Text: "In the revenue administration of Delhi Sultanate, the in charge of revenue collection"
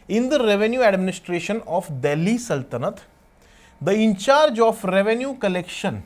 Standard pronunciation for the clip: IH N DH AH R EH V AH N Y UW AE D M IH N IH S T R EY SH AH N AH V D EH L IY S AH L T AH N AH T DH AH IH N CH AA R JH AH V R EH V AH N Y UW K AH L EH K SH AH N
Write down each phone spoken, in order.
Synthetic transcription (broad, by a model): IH N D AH R EH V AH N Y UW AE D M IH N IH S T R EY SH AH N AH F D EH L IY S AH L T AH N AH T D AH IH N CH AA R JH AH F R EH V AH N Y UW K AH L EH K SH AH N